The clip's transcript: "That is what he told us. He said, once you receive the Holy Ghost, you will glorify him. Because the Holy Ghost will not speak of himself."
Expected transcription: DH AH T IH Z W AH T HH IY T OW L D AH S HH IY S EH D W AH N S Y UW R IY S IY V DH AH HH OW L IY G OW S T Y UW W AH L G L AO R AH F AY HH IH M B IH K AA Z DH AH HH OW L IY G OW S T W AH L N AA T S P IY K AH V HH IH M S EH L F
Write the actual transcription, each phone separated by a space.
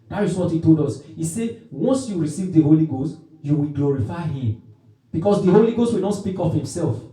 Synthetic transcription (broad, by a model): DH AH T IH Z W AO T HH IY T OW L D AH S HH IY S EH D W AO N S Y UW R IY S IY V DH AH HH OW L IY G OW S T Y UW W AH L G L AO R AH F AY HH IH M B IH K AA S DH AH HH OW L IY G OW S T W AH L N AA T S P IY K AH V HH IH M S EH L F